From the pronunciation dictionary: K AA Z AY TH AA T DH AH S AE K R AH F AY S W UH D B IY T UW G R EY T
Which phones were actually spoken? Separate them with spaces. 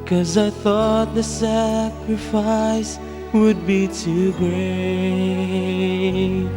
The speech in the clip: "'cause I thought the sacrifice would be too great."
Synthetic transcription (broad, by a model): K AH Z AY TH AA T DH AH S AE K R AH F AY S W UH D B IY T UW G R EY